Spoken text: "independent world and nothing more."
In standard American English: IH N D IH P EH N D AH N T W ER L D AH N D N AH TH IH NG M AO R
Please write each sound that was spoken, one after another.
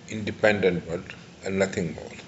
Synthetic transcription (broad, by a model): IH N D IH P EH N D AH N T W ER D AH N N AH T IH NG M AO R